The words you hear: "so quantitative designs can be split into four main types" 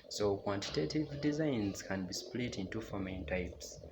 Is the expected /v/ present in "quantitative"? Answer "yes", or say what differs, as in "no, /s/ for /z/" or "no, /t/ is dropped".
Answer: yes